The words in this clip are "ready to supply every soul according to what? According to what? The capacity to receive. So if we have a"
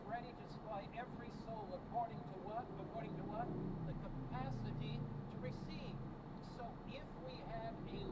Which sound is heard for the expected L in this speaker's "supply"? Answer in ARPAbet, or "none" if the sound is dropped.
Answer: none